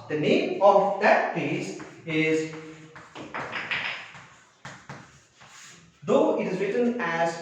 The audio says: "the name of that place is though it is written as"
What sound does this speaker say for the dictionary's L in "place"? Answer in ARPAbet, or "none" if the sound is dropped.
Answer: none